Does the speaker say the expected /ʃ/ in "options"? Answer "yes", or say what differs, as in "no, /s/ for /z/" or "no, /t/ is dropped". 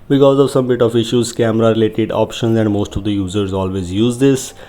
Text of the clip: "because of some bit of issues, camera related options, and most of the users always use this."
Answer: yes